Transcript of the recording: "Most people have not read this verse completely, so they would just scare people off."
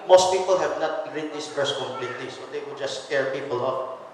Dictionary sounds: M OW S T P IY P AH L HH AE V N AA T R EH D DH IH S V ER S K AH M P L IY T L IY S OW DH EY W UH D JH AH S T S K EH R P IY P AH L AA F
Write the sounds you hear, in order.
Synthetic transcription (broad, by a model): M OW S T P IY P AH L HH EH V N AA T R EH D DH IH S P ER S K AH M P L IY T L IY S OW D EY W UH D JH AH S S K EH R P IY P AH L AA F